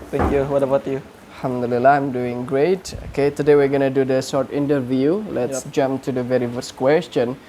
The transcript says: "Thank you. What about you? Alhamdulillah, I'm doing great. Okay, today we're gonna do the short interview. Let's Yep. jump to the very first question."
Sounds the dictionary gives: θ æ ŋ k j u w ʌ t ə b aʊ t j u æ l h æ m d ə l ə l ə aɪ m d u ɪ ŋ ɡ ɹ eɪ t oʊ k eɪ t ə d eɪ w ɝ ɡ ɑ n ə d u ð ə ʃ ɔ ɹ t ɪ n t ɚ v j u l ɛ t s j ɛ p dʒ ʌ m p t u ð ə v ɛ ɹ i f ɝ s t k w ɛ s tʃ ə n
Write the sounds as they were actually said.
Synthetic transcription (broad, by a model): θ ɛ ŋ k j u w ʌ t ə b aʊ t j u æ l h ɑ m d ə l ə l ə aɪ m d u ɪ ŋ ɡ ɹ eɪ t oʊ k eɪ t ə d eɪ w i ɡ ɑ n ə d u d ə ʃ ɔ ɹ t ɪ n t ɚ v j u l ɛ t s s dʒ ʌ m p t u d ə v ɛ ɹ i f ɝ s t k w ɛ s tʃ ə n